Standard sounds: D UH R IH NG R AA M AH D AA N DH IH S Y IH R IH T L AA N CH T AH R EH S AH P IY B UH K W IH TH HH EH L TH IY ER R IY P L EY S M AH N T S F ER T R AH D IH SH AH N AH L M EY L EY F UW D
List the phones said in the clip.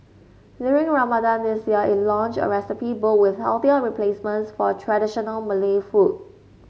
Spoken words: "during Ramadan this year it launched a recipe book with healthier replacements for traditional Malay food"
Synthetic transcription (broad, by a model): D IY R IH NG R AA M AH D AA N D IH S Y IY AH IH T L AA N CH AH R EH S AH P IY B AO W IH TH HH EH L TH IY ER R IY P L EY S M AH N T S F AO T R AH D IH SH AH N AH L M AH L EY F UW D